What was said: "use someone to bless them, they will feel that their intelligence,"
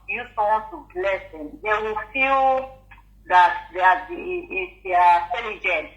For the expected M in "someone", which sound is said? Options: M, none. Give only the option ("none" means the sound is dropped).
none